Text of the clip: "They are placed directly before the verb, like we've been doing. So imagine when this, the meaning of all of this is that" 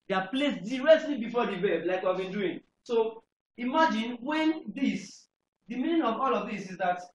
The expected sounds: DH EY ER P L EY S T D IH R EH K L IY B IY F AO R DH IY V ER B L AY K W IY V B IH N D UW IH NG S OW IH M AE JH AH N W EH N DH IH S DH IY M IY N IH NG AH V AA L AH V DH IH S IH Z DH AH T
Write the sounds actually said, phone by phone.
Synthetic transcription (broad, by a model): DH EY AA P L EY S D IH R EH K L IY B IY F AO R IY B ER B L AY K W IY V B IH N D UW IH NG S OW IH M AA JH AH N W EH N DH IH S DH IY M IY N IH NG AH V AA L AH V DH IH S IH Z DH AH T